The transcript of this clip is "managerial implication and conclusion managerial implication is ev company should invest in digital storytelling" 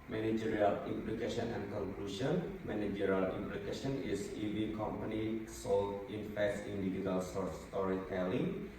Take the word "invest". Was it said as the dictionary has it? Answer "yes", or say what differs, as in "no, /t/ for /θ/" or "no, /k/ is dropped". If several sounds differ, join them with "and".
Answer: no, /f/ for /v/ and /t/ is dropped